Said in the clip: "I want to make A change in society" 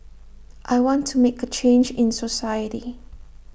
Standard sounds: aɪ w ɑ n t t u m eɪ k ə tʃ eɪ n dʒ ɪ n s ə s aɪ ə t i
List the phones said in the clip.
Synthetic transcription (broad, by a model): aɪ w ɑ n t t u m eɪ k ə tʃ eɪ n dʒ ɪ n s ə s aɪ ə t i